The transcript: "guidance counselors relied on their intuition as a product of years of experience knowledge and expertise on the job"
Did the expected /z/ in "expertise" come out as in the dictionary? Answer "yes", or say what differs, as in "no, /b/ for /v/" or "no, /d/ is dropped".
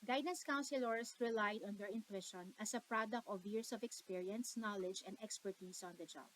no, /s/ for /z/